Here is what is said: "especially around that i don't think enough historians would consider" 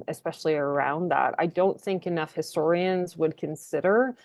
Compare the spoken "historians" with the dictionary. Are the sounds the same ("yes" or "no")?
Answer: yes